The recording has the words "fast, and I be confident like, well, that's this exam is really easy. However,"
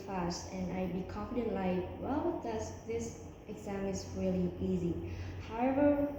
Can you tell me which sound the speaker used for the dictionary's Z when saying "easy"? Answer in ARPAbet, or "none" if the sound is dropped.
Z